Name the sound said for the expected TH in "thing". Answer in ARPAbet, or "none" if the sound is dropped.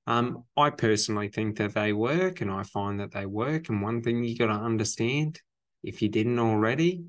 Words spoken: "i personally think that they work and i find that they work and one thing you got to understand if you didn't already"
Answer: TH